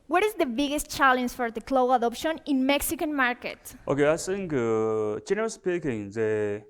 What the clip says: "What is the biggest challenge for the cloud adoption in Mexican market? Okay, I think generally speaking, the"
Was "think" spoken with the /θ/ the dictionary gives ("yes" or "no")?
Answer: no